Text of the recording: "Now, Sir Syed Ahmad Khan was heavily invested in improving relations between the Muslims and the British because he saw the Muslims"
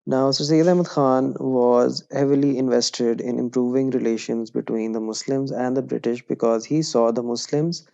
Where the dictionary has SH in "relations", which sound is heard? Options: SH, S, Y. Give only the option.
SH